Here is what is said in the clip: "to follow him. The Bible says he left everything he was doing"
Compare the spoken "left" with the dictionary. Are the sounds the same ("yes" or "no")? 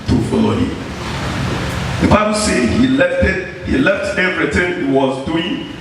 yes